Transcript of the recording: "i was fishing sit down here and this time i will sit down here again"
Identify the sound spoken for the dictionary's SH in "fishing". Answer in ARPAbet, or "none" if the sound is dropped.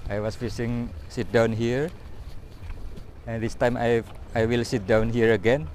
S